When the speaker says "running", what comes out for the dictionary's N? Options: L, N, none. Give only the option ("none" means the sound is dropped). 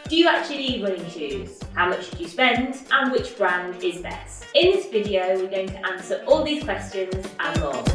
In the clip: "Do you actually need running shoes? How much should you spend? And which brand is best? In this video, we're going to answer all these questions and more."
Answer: L